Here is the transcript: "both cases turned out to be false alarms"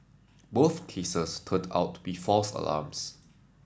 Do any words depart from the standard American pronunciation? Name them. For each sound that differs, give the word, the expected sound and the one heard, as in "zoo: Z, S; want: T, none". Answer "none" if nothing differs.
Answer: cases: Z, S; alarms: Z, S